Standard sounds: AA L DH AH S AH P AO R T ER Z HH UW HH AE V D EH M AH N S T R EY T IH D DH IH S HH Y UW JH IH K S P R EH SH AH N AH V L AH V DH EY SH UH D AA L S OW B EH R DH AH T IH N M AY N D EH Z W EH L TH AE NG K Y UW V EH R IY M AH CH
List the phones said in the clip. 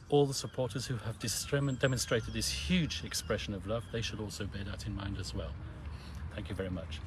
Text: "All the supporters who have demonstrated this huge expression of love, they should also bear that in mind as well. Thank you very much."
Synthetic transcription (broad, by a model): AA L DH AH S AH P AO R T ER Z HH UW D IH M D EH M AH N S T R EY T IH D DH IH S HH Y UW JH IH K S P R EH SH AH N AH V L AH V DH EY SH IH D AA L S OW B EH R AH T IH N M AY N D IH Z W EH L TH AE NG K Y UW V EH R IY M AH CH